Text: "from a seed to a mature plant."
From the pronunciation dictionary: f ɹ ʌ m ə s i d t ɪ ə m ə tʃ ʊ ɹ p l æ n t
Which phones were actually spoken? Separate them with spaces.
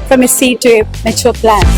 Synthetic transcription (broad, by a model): f ɹ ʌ m ə s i t ɪ ə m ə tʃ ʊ l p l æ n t